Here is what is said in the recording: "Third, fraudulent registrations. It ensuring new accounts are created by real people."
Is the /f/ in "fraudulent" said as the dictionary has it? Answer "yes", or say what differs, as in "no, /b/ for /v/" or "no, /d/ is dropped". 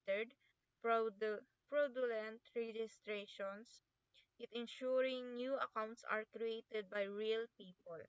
no, /p/ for /f/